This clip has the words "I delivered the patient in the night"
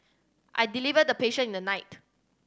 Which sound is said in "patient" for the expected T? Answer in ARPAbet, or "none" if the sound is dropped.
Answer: none